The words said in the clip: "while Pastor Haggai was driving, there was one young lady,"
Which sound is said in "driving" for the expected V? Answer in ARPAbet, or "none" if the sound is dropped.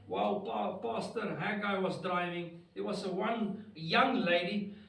V